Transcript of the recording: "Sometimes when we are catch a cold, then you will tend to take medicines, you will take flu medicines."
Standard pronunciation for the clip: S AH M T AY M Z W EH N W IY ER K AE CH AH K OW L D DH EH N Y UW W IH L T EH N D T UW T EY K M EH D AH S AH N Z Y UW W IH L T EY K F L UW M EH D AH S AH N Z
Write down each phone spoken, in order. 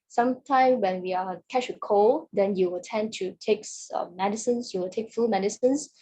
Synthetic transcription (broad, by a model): S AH M T AY M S W EH N W IY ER K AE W AH K OW L D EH N Y UW W IH L T EH N T UW T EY K M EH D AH S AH N S Y UW W IH L T EY K F UW M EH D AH S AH N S